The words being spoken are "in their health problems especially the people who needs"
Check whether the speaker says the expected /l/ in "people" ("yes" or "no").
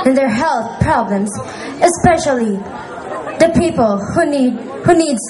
no